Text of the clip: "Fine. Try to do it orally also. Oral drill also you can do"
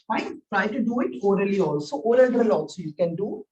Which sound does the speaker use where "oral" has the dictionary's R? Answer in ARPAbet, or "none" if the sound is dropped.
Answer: L